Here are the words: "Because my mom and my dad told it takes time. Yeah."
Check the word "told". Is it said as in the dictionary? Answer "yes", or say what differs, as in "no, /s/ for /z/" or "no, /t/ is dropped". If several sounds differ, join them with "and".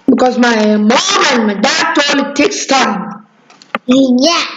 no, /d/ is dropped